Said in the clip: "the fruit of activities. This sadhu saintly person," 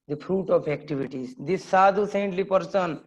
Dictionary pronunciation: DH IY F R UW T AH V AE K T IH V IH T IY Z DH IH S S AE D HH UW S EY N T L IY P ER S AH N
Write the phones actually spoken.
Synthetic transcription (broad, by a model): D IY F R UW T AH P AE K T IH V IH T IY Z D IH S S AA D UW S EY N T L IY P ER S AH N